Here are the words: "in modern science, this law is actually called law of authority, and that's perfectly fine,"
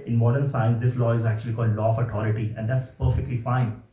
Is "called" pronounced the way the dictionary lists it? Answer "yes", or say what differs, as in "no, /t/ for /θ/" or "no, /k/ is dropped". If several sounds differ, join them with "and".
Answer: yes